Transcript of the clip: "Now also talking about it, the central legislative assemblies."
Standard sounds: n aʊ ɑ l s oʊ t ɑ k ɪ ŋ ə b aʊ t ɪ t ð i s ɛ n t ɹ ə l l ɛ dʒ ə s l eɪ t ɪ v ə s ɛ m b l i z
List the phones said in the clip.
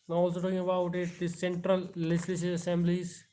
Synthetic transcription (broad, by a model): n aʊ ɑ l s oʊ t ɑ k ɪ ŋ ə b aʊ t ɪ t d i s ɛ n t ɹ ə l l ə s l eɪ s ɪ ə s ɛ m b l i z